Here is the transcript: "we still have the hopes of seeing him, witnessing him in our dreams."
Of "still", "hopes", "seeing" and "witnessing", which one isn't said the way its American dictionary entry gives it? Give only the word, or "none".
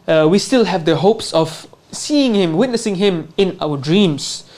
none